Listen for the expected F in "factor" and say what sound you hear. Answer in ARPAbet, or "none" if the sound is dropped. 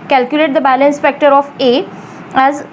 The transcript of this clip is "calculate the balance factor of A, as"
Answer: P